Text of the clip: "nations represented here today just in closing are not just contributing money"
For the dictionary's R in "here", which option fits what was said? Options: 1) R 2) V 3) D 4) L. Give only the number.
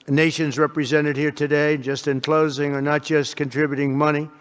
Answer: 1